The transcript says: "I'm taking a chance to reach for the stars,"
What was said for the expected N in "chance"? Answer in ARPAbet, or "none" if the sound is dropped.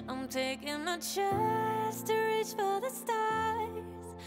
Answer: none